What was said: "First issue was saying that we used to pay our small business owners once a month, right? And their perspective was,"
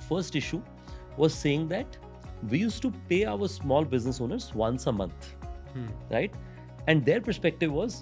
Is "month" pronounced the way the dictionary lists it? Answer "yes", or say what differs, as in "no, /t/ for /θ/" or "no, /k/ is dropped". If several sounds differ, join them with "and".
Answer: no, /t/ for /θ/